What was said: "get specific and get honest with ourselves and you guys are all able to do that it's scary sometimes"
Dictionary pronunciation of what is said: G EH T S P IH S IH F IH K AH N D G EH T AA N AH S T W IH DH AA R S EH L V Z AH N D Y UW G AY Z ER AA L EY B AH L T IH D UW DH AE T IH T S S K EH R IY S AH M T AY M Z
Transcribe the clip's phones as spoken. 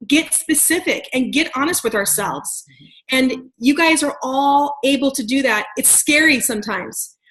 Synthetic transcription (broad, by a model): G EH T S P IH S IH F IH K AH N G EH T AA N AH S T W IH DH AA R S EH L V Z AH N Y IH G AY Z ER AA L EY B L T IH D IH DH AE T IH T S S K EH R IY S AH M T AY M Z